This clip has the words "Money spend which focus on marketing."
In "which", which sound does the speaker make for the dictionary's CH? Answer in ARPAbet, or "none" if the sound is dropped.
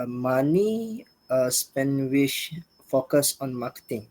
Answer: SH